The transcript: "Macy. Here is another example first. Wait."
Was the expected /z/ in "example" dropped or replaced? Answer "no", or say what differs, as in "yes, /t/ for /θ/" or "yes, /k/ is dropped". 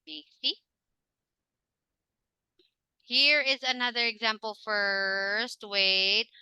no